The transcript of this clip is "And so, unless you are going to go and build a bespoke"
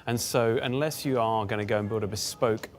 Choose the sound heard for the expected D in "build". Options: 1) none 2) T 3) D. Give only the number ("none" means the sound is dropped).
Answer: 3